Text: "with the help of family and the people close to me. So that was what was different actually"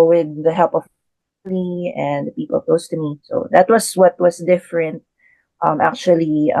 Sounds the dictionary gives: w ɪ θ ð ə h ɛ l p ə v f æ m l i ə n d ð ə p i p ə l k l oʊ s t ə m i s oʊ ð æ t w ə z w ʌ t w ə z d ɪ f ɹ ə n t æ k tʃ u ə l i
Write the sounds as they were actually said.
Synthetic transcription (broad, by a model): w ɪ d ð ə h ɛ l p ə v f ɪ l i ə n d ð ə p i p ə l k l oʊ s t ə m i s oʊ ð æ t w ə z w ʌ t w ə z d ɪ f ɹ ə n t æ k tʃ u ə l i